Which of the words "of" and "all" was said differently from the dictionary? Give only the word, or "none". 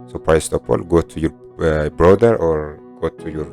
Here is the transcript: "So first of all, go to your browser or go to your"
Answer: of